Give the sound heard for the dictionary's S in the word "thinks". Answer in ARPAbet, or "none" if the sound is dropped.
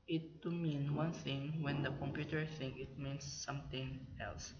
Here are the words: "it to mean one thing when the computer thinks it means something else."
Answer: none